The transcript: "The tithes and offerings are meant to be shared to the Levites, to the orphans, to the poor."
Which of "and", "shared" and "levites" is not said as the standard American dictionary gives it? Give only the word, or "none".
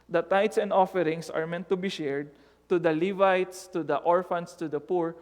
none